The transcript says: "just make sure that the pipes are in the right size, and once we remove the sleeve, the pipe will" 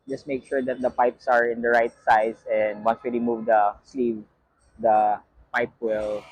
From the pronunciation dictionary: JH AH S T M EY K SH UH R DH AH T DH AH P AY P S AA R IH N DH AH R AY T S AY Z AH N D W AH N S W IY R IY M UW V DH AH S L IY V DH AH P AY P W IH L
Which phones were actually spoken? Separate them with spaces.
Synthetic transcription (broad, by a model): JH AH S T M EY K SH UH R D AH T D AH P AY P S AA R IH N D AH R AY T S AY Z AH N D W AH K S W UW L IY M UW V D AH S L IY V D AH P AY P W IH L